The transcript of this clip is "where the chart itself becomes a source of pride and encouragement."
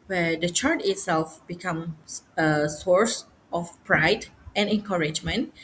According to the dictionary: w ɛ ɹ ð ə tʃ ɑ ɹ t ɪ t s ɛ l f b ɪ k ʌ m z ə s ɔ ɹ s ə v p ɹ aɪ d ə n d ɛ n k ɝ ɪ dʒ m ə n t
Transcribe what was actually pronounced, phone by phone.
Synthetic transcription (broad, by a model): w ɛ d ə tʃ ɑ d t ɪ t s ɛ l f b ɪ k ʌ m ə s ɔ ɹ s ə f p ɹ aɪ d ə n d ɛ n k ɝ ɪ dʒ m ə n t